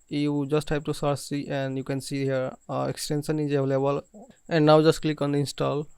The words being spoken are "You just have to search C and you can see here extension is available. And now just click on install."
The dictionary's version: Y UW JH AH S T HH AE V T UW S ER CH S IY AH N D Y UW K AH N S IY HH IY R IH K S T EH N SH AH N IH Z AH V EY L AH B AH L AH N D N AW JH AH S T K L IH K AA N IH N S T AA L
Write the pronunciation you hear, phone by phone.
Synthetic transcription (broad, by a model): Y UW JH AH S T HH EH B T UW S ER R S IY AH N D Y UW K AH N S IY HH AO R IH K S T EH N S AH N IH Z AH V L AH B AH L AH N D N AW JH AH S T K L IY K AA N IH N S T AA L